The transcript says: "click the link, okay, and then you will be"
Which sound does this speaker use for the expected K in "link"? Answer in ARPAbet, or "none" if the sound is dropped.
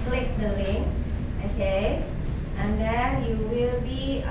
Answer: none